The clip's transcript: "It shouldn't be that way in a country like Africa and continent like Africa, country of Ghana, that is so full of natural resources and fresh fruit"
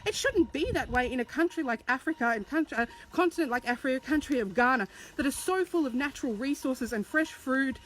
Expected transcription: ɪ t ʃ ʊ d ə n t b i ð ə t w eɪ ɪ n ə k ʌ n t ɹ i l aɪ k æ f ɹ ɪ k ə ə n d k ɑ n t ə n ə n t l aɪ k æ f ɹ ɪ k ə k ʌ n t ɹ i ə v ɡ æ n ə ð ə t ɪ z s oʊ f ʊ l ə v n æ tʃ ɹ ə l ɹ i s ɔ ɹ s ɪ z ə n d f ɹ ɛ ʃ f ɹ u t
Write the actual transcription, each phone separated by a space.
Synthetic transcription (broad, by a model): ɪ t ʃ ʊ d n b i ð ə t w eɪ ɪ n ə k ʌ n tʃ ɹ i l aɪ k æ f ɹ ɪ k ə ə n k k ɑ n t ə n ə n t l aɪ k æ f ɹ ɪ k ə k ʌ n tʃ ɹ i ə v ɡ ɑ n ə ð ə t ɪ z s oʊ f ʊ l ə v n æ tʃ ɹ l ɹ i s ɔ ɹ s ɪ z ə n f ɹ ɛ ʃ f ɹ u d